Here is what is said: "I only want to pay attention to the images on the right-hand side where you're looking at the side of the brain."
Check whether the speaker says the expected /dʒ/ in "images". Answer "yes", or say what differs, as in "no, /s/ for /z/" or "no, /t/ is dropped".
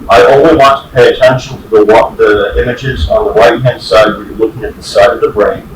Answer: yes